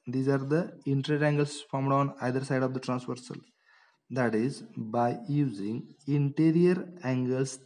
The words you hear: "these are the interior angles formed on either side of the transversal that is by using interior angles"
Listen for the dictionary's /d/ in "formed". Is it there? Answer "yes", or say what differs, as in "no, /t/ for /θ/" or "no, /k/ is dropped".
yes